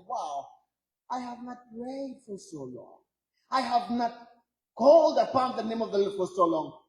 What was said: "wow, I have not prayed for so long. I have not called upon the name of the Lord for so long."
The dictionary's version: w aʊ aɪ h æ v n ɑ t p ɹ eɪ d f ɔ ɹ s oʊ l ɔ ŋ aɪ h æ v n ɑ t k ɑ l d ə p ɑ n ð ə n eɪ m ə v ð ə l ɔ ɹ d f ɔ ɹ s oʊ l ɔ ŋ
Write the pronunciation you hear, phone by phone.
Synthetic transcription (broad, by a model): w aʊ aɪ h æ v n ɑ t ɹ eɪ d f ɔ ɹ s oʊ l ɔ ŋ aɪ h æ v n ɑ t k ɑ l d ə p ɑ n ð ə n eɪ m ə v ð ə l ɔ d f ɔ ɹ s oʊ l ɔ ŋ